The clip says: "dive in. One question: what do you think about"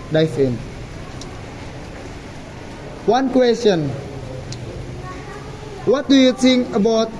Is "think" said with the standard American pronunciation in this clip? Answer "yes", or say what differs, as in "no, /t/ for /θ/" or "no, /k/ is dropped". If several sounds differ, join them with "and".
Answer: no, /k/ is dropped